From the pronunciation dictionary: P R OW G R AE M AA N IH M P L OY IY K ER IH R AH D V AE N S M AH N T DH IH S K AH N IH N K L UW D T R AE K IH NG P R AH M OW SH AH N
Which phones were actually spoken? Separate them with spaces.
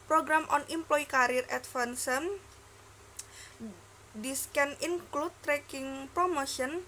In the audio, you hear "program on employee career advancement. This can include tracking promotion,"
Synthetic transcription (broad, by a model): P R OW G R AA M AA N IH M P L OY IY K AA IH R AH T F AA N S AH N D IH S K AH N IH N K L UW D T R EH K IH NG P R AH M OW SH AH N